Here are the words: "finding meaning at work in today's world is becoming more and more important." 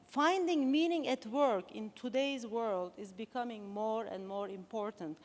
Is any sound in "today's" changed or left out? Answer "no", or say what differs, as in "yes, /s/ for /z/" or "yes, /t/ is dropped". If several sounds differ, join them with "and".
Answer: no